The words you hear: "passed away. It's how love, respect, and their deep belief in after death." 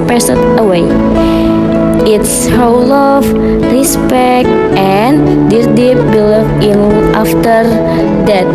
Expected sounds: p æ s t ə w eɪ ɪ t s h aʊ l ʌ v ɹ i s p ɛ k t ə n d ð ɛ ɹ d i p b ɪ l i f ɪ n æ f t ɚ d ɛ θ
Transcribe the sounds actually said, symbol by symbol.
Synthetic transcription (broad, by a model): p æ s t ə w eɪ ɪ t s h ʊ l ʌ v ɹ i s p ɛ k t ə n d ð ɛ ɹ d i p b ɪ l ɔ ɪ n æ f t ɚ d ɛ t